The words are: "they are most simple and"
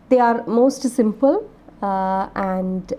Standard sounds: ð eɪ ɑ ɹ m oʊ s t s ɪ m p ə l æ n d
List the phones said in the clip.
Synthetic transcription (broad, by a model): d eɪ ɑ ɹ m oʊ s t s ɪ m p ə l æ n d